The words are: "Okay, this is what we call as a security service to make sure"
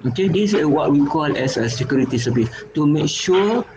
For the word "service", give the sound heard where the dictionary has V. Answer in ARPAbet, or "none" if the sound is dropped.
P